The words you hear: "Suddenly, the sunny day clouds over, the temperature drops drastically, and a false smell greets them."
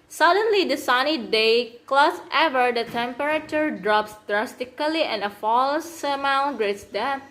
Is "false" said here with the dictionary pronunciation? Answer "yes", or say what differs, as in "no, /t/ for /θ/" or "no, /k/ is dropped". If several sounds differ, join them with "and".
yes